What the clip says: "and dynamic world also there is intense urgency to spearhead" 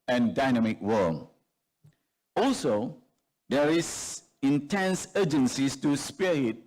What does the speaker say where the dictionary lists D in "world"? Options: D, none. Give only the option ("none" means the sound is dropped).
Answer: none